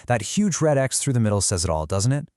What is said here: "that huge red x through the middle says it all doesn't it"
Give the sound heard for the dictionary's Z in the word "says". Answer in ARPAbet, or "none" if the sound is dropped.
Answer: Z